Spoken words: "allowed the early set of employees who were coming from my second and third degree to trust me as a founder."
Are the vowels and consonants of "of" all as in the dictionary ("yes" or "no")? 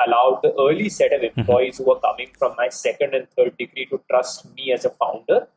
yes